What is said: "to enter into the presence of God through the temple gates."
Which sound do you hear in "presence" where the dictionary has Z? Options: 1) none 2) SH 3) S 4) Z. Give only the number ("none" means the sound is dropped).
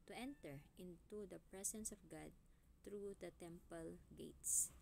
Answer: 3